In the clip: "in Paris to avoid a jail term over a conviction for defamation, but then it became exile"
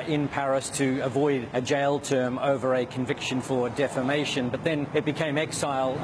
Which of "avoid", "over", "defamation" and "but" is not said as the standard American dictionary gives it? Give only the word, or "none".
none